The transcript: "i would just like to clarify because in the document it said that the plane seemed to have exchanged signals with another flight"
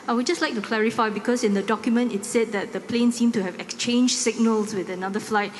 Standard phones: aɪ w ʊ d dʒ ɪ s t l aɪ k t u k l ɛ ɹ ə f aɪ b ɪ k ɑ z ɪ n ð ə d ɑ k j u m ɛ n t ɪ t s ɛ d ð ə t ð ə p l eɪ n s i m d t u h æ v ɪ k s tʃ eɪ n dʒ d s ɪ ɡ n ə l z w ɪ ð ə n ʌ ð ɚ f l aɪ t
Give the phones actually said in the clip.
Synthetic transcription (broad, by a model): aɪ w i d dʒ ɪ s t l aɪ k t u k l ɛ ɹ ə f aɪ b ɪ k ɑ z ɪ n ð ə d ɑ k j u m ɛ n t ɪ t s ɛ d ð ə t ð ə p l eɪ n s i m t u h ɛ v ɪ k s tʃ eɪ n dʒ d s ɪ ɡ n ə l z w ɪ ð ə n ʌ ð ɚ f l aɪ t